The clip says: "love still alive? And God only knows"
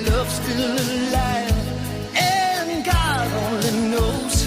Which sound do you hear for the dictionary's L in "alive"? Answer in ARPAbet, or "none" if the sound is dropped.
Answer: none